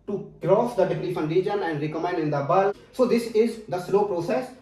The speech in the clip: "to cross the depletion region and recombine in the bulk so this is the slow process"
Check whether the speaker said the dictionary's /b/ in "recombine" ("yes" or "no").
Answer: no